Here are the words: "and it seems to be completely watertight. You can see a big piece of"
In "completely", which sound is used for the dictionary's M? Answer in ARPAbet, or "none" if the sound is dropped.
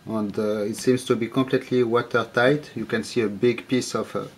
M